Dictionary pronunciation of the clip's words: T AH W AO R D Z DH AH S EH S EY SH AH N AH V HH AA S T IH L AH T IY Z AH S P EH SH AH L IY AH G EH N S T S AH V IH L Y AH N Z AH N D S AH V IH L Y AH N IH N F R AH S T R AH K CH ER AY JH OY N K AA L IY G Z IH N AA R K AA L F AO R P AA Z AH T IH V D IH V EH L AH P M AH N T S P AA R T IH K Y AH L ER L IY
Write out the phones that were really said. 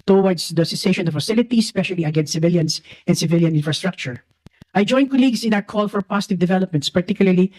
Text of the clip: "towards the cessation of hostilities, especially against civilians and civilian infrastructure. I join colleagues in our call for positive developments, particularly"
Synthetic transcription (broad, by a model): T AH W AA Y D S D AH S EH S EY SH AH N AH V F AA S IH L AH T IY S P EH SH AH L IY AH G EH N S T S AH V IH L Y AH N S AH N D S AH V IH L Y AH N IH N F R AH S T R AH K CH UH AY JH OY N K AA L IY G S IH N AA K AA L F AO R P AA S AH T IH V D IH V EH L AH P M AH N T S P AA R T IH K Y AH L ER L IY